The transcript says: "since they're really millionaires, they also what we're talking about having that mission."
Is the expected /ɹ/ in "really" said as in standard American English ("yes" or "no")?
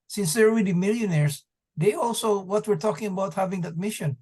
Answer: no